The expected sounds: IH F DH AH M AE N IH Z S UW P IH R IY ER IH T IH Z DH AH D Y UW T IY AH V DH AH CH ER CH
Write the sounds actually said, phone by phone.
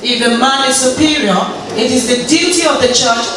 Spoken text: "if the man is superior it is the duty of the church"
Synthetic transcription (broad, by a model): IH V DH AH M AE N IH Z S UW P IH R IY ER IH T IH Z DH AH D Y UW T IY AH V DH AH CH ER CH